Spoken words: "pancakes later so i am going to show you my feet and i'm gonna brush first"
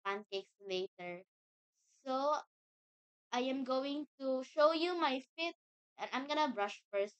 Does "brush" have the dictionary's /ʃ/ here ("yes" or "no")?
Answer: yes